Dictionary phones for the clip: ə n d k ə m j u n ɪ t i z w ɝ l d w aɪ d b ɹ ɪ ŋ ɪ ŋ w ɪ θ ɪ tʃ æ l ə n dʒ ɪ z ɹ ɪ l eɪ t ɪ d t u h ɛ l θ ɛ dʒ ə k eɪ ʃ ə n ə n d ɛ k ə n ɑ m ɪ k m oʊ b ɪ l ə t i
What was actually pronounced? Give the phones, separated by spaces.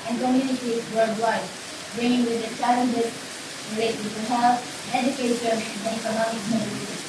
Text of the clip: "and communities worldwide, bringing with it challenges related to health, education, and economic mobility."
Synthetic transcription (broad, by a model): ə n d k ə m j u n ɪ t i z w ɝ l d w aɪ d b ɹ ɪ ɪ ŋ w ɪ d ɪ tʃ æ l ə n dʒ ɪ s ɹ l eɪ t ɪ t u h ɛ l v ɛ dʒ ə k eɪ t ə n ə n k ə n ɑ ɪ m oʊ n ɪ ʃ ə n